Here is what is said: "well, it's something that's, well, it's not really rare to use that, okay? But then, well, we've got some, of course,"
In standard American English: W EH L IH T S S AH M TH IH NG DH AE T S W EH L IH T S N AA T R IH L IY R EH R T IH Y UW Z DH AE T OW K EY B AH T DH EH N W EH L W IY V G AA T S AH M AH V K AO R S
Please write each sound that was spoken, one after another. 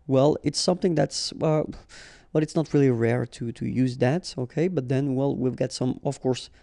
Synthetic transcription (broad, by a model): W EH L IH T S S AH M TH IH NG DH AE T S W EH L IH T S N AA T R IH L IY R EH R T IH Y UW Z DH AE T OW K EY B AH T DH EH N W EH L W IY V G AA T S AH M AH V K AO R S